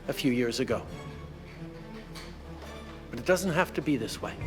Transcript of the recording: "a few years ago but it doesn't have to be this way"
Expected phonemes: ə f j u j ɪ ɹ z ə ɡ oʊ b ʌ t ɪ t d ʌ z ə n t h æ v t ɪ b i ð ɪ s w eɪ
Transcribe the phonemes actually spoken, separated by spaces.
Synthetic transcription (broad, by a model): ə f j u j ɪ ɹ z ə ɡ oʊ b ʌ t ɪ t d ʌ z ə n t h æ f t ɪ b i ð ɪ s w eɪ